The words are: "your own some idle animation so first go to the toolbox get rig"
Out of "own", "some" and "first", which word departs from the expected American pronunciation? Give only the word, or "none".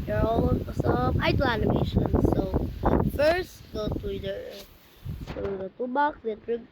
own